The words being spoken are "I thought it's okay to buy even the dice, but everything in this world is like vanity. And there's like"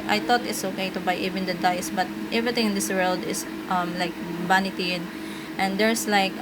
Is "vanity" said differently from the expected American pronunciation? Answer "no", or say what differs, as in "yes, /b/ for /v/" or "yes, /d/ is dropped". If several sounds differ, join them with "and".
yes, /b/ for /v/